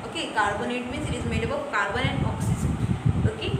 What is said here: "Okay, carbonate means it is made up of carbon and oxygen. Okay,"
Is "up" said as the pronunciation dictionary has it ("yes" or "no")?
no